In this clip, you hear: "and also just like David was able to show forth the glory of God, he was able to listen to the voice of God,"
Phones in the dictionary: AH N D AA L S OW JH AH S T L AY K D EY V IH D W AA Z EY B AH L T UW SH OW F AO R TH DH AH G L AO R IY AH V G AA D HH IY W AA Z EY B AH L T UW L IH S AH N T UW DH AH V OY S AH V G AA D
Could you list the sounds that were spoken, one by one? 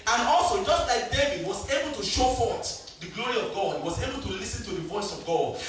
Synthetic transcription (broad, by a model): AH N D AA L S OW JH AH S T L AY K D EY V IH D W AA Z EY B AH L T UW SH OW F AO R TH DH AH G L AO R IY AH V G AA D HH IY W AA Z EY B AH L T UW L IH S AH N T UW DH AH V OY S AH V G AA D